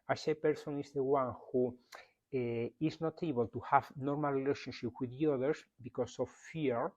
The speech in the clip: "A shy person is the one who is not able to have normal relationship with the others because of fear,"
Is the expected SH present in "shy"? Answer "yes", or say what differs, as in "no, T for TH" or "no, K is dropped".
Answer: no, S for SH